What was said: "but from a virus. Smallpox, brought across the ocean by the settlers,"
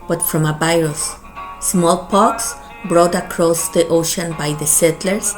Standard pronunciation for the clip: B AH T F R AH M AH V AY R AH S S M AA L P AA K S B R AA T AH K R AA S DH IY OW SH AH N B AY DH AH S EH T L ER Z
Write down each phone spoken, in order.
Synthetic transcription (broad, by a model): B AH T F R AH M AH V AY R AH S S M AA L P AA K S B R AA T AH K R AA S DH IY OW SH AH N B AY DH AH S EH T L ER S